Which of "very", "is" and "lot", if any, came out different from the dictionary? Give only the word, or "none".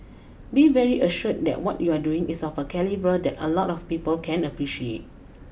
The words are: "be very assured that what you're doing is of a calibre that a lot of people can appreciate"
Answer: is